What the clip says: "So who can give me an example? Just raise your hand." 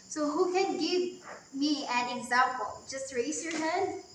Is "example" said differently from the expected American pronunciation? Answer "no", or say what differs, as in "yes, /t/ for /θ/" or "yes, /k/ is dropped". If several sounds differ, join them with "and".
no